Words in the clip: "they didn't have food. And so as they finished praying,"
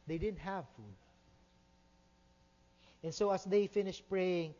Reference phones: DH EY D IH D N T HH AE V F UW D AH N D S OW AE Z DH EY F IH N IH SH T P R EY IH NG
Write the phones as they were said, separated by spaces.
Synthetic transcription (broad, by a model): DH EY D IH D N T HH AE V F UW D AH N S OW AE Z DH EY F IH N IH SH T P R EY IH NG